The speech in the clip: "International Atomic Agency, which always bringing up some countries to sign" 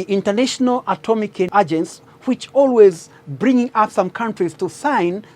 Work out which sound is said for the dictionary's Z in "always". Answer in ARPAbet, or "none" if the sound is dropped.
Z